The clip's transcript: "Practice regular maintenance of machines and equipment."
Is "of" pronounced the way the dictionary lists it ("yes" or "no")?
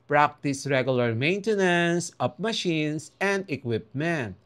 no